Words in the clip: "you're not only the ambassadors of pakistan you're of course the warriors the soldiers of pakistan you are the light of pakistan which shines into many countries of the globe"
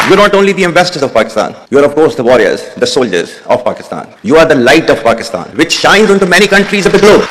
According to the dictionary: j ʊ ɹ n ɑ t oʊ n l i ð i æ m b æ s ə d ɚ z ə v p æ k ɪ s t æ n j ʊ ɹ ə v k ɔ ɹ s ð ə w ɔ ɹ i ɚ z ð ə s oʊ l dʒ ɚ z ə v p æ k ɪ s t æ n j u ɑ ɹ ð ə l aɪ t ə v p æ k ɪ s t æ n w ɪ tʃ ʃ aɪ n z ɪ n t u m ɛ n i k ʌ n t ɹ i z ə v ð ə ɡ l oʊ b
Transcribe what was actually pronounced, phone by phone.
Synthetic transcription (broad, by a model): j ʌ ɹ n ɑ t oʊ n l i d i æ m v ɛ s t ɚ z ə v p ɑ k ɪ s t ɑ n j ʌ ɹ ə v k ɔ ɹ s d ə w ɔ ɹ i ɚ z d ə s oʊ l dʒ ɚ z ə v p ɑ k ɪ s t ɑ n j u ɑ ɹ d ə l aɪ t ə v p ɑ k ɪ s t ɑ n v ɪ tʃ ʃ aɪ n z ɪ n t u m ɛ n i k ʌ n t ɹ i z ə v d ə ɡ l oʊ b